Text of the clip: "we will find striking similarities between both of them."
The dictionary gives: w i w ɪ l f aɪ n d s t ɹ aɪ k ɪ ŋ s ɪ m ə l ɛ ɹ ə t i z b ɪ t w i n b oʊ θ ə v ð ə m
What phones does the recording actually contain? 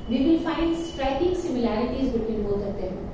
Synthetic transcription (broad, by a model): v i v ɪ l f aɪ n d s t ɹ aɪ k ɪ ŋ s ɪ m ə l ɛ ɹ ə t i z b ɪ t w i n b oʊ s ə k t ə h